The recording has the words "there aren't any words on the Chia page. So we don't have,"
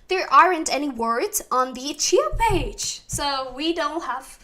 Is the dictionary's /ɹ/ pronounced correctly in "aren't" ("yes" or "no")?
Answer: yes